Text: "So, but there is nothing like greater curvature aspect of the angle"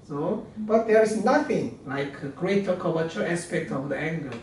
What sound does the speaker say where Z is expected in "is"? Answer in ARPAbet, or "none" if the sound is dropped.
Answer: S